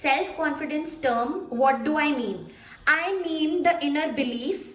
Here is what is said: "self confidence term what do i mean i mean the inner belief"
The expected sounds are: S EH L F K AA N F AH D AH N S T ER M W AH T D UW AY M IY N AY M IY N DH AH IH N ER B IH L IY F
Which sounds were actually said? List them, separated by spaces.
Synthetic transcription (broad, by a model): S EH L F K AA N F AH D AH N S T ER M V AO T D UW AY M IY N AY M IY N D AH IH N ER B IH L IY F